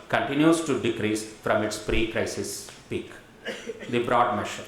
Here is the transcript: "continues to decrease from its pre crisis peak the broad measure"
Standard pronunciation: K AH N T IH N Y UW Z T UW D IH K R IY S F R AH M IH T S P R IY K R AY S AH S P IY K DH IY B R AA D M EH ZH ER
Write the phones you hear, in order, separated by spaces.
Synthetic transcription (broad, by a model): K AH N T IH N Y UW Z T UW D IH K R IY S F R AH M IH T S P R IY K R AY S AH S P IY K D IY B R AA D M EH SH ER